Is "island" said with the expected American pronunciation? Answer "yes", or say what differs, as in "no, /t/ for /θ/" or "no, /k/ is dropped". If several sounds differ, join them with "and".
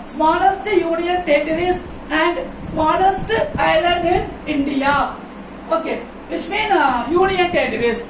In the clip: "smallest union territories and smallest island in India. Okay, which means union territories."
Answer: no, /n/ is dropped